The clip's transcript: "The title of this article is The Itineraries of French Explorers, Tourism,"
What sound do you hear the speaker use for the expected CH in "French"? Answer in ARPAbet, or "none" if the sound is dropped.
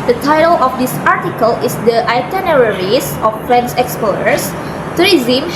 S